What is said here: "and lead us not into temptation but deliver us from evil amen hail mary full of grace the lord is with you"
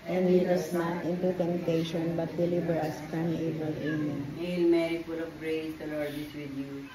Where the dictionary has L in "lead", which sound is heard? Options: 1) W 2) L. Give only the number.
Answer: 1